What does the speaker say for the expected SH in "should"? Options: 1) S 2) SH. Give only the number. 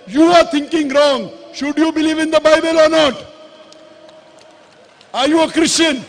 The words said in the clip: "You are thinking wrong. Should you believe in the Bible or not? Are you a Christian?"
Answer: 2